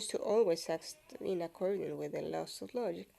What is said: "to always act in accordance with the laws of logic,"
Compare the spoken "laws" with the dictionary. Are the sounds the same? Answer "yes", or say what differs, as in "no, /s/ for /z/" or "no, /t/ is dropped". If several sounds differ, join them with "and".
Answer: no, /s/ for /z/